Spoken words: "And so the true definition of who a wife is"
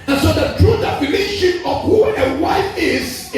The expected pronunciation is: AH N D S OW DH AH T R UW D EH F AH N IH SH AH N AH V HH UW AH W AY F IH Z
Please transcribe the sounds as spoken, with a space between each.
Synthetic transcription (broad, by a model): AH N S OW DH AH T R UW D EH F AH N IH SH AH N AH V HH UW AH W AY IH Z